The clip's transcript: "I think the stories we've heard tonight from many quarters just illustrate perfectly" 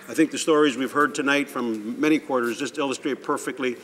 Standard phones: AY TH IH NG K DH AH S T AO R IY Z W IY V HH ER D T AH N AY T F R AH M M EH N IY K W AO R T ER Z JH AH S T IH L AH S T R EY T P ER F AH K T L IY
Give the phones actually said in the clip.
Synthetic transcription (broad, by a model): AY TH IH NG K DH AH S T AO R IY Z W IY V HH ER D T AH N AY T F R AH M M EH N IY K W AO R T ER Z JH AH S T IH L AH S T R EY T P ER F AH K T L IY